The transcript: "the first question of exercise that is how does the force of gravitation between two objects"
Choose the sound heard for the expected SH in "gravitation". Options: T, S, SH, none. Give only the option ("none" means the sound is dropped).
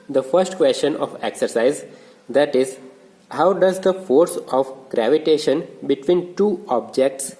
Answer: SH